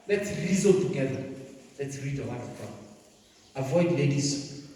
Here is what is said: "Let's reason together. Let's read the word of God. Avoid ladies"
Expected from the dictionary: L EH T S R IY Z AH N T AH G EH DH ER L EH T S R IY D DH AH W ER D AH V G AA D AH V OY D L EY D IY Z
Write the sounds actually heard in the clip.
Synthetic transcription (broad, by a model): L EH T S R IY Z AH T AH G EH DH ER L EH T S R IY D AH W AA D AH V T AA AH V OY D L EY D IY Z